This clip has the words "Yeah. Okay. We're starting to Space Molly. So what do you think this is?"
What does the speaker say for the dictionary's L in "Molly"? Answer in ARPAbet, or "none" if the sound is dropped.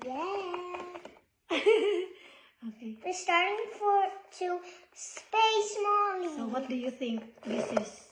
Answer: N